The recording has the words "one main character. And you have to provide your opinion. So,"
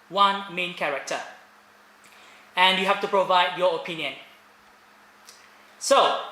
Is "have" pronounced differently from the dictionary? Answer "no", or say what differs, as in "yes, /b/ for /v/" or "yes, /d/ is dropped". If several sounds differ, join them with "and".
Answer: yes, /f/ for /v/